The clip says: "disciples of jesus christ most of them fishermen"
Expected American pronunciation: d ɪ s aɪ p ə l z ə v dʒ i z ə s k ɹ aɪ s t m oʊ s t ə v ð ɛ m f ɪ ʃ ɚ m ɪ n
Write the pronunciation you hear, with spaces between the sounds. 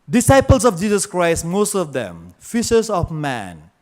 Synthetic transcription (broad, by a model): d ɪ s aɪ p ə l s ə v dʒ i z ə s k ɹ aɪ s t m oʊ s t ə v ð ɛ m f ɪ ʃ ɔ m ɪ n